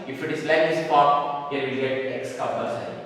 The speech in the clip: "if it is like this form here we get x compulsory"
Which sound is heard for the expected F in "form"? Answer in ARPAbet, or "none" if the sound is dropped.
P